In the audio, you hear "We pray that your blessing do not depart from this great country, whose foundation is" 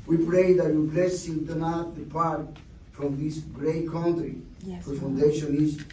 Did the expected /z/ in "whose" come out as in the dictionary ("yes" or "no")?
no